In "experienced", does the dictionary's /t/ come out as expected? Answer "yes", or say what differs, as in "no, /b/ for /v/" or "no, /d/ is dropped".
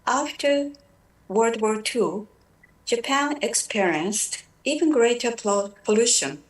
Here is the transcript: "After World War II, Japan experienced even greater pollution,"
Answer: yes